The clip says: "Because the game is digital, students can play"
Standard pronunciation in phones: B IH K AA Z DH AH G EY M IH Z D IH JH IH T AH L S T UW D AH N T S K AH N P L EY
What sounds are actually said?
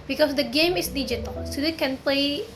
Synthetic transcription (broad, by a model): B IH K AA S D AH G EY M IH S D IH JH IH T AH L S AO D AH T K AH N P L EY